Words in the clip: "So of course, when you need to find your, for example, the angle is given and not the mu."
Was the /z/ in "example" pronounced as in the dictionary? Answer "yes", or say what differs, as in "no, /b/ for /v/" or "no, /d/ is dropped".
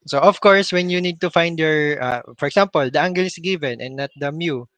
no, /s/ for /z/